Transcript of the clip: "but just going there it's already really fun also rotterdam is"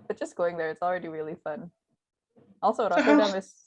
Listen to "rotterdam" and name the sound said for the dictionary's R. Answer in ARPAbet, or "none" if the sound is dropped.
W